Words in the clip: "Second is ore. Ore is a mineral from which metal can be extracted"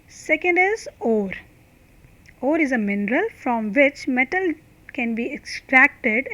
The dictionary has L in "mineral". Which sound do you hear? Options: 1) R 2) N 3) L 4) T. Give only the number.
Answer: 3